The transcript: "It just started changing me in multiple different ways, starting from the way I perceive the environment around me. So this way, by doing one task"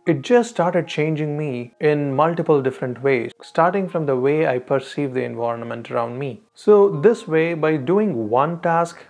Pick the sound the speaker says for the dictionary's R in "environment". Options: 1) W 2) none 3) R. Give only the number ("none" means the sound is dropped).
3